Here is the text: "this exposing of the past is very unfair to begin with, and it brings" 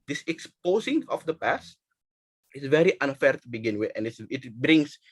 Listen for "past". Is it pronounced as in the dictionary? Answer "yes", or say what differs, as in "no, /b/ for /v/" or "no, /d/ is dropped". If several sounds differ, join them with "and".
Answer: yes